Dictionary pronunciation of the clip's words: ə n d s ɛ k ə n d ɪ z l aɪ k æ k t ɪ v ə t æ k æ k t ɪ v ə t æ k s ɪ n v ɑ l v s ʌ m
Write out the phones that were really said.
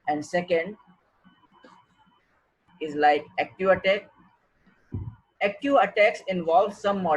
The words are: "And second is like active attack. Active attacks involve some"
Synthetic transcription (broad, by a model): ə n d s ɛ k ə n d ɪ z l aɪ k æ k t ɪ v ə t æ k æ k t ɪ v ə t æ k s ɪ n v ɑ l v s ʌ m